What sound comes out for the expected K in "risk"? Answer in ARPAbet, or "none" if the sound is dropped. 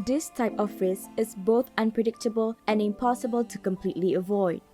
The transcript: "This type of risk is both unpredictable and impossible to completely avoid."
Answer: none